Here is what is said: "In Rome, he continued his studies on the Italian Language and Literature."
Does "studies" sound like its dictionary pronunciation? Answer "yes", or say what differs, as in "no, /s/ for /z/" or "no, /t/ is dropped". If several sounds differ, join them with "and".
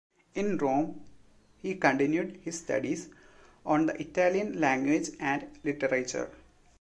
no, /s/ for /z/